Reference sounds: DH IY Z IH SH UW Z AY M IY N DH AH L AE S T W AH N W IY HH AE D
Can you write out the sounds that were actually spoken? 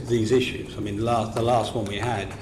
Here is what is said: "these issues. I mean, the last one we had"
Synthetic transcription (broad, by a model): DH IY Z IH SH UW Z AY M IY N DH AH L AE S T W AH N W IY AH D